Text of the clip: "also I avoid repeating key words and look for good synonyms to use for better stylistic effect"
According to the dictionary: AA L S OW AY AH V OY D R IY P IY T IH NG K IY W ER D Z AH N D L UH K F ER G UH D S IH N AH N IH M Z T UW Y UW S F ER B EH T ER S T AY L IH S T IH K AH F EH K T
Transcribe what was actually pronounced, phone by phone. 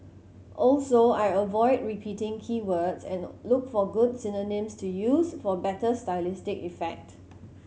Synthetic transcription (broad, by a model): AA L S OW AY AH V OY D R IY P IY T IH NG K IY W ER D S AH N L UH K F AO G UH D S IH N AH N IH M S T UW Y UW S F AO B EH T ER S T AY L IH S T IH K AH F EH K T